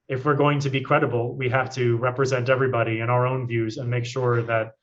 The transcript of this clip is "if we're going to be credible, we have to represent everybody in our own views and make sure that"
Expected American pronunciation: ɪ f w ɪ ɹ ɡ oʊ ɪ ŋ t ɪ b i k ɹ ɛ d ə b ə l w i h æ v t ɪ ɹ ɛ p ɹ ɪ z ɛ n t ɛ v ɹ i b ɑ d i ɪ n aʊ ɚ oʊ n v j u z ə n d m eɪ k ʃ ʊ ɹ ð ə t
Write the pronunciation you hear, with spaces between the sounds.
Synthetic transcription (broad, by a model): ɪ f w ɪ ɹ ɡ oʊ ɪ ŋ t ɪ b i k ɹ ɛ d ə b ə l w i h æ f t ɪ ɹ ɛ p ɹ ɪ z ɛ n t ɛ v ɹ i b ɑ d i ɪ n aʊ ɚ oʊ n v j u z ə n m eɪ k ʃ ʊ ɹ ð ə t